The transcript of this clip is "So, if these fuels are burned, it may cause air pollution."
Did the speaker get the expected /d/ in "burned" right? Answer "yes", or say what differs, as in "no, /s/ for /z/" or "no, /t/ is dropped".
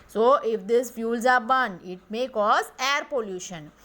no, /d/ is dropped